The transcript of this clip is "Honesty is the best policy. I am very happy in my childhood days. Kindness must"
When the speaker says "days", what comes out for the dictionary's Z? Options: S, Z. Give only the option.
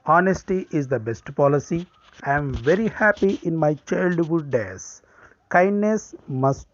S